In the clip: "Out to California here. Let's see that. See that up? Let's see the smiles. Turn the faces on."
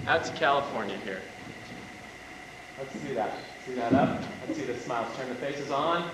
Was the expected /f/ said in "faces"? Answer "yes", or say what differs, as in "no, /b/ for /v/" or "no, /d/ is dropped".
yes